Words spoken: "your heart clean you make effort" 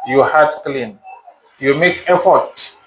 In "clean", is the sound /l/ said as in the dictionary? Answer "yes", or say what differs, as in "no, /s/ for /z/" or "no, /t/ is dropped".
yes